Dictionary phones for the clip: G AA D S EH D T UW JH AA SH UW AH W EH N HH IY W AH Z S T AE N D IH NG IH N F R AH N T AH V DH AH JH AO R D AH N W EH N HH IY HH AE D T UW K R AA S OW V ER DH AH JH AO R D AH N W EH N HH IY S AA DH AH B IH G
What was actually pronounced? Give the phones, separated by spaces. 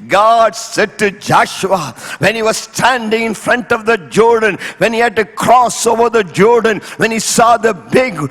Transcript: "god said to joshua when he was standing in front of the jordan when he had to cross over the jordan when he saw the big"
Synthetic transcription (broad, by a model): G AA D S EH D T UW JH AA SH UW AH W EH N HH IY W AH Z S T AE N D IH NG IH N F R AH N T AH V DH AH JH AO R D AH N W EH N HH IY HH AE D T UW K R AA S OW V ER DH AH JH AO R D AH N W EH N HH IY S AA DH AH B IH G